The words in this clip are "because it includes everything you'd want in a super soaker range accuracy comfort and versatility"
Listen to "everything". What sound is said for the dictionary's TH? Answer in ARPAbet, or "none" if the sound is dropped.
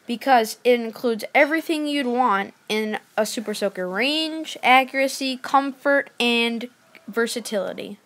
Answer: TH